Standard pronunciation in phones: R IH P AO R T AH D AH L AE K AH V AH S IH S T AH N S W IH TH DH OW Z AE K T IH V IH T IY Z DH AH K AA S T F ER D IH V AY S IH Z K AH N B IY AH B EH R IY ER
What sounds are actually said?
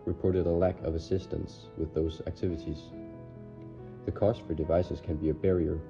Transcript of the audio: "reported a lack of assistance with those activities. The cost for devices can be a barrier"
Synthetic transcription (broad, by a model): R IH P AO R T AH D AH L AE K AH V AH S IH S T AH N S W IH DH OW Z AE K T IH V IH T IY Z DH AH K AA S T F ER D IH V AY S IH Z K AH N B IY AH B EH R IY ER